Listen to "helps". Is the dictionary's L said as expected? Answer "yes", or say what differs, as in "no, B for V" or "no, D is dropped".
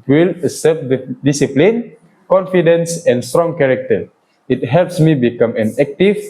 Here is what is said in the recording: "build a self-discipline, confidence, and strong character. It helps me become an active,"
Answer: yes